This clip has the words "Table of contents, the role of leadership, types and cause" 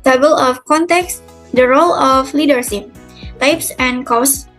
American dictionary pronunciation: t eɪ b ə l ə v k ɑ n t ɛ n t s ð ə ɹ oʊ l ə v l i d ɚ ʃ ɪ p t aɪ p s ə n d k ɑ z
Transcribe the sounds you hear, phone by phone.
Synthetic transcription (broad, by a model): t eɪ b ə l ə f k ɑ n t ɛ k s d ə ɹ oʊ l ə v l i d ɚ s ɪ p t aɪ p s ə n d k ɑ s